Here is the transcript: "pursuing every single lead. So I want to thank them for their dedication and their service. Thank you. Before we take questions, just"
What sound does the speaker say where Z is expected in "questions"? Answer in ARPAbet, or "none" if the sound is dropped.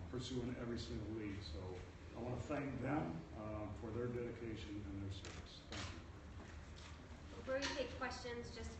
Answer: Z